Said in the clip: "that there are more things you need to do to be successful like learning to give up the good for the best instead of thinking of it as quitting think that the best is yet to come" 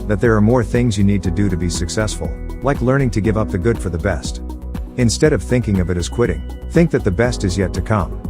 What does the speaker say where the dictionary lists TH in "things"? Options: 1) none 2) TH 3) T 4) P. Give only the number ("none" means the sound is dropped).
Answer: 2